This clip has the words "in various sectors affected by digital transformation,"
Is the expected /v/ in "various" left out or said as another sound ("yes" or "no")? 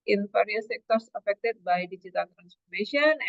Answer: yes